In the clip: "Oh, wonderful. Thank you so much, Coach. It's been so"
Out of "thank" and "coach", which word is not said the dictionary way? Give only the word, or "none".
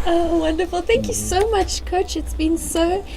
none